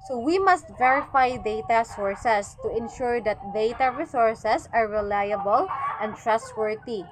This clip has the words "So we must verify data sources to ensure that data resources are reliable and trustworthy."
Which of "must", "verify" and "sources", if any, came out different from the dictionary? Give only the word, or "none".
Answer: sources